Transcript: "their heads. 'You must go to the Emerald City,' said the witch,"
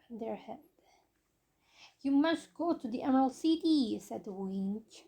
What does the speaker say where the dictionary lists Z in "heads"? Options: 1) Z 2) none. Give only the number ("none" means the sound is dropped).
2